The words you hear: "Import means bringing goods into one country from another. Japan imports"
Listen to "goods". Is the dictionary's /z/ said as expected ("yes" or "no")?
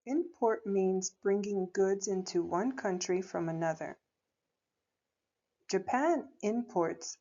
yes